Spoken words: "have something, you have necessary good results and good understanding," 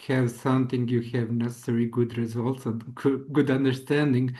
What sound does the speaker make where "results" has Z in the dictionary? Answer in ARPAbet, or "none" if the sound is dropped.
Z